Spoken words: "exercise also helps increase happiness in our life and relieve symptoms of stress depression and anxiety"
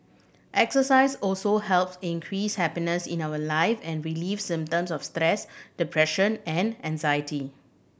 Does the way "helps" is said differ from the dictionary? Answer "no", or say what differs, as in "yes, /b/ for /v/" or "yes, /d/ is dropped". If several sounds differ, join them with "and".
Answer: no